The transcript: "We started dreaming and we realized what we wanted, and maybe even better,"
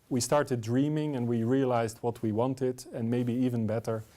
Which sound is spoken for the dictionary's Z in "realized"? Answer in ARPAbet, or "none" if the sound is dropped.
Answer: Z